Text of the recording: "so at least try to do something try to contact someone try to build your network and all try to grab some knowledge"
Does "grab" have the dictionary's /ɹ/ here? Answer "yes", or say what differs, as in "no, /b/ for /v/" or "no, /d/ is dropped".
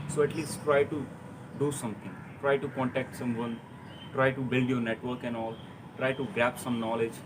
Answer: no, /ɹ/ is dropped